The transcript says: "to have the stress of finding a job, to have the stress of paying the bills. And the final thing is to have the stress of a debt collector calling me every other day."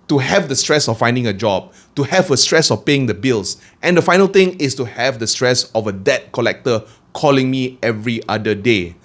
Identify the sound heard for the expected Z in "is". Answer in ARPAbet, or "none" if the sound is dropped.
S